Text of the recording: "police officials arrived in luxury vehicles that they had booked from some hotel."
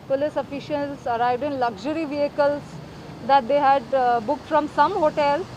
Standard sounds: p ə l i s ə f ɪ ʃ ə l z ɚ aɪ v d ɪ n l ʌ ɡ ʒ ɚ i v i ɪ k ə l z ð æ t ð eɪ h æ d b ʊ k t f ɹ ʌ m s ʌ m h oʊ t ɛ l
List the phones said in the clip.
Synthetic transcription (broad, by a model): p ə l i s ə f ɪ ʃ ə l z ɚ aɪ v d ɪ n l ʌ ɡ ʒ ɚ i v i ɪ k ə l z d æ t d eɪ h æ d b ʊ k t f ɹ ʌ m s ʌ m h oʊ t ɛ l